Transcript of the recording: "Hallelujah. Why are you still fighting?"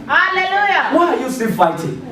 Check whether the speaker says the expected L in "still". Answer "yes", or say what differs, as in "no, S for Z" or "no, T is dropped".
no, N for L